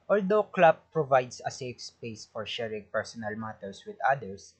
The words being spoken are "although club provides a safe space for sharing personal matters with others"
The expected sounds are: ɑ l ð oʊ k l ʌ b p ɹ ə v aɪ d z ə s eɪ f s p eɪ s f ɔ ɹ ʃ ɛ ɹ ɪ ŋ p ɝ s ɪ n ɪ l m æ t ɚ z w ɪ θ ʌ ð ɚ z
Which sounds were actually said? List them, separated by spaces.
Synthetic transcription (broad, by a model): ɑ l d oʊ k l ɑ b p ɹ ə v aɪ d s ə s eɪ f s p eɪ s f ɔ ɹ ʃ ɛ ɹ ɪ ŋ p ɝ s ɪ n ɪ l m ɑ t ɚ s w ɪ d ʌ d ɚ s